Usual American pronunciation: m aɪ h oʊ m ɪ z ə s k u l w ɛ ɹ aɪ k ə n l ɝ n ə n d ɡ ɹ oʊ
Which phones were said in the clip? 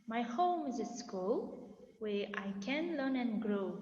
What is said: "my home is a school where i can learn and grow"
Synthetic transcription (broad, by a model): m aɪ h oʊ m ɪ z ə s k u l w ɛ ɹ aɪ k ə n l ɝ n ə n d ɡ ɹ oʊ